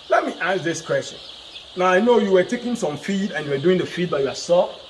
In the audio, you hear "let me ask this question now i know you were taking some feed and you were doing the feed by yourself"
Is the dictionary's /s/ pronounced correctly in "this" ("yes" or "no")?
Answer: yes